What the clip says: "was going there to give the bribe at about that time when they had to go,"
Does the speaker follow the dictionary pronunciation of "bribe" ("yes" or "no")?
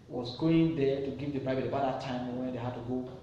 no